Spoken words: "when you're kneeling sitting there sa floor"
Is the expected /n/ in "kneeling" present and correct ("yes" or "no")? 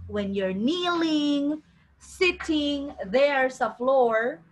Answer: yes